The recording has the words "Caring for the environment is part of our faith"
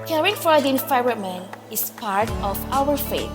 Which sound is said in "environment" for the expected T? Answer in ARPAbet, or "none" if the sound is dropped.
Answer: none